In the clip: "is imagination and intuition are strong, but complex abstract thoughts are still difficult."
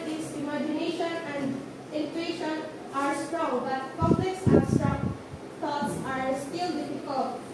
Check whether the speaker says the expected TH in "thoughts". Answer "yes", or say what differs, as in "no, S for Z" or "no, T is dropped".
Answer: no, T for TH